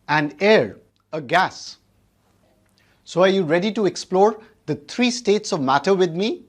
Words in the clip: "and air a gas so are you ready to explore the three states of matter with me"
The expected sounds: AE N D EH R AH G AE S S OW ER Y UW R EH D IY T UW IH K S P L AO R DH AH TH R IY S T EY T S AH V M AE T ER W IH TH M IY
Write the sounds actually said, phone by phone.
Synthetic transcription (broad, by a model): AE N D EH R AH G AE S S OW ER Y UW R EH D IY T UW IH K S P L AO R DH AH T R IY S T EY T S AH V M AE T ER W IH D M IY